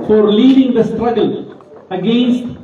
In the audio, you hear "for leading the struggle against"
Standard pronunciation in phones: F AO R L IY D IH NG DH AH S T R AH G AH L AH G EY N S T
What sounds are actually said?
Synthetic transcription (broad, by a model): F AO R L IY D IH NG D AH S T R AH G AH L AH G EY N S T